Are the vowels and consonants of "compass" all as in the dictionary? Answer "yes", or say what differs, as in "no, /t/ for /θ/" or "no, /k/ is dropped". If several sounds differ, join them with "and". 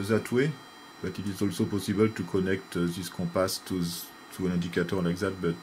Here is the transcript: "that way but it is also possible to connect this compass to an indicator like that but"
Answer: no, /m/ is dropped